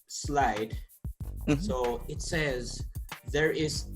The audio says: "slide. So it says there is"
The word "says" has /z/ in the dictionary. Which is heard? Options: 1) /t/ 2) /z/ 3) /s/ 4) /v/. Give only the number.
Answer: 2